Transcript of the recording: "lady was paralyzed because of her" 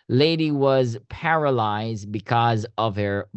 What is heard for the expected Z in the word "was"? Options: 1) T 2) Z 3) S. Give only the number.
2